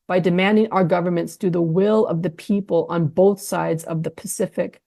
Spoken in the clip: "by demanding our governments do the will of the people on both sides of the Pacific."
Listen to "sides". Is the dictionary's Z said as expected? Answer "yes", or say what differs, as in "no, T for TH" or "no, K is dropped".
yes